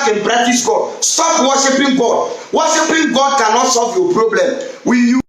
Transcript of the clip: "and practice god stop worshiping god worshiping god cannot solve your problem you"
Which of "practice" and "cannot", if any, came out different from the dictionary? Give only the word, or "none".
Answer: practice